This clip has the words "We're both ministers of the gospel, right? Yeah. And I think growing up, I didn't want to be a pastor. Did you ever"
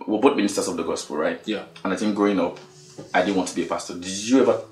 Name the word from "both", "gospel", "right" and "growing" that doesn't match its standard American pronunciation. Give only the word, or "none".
both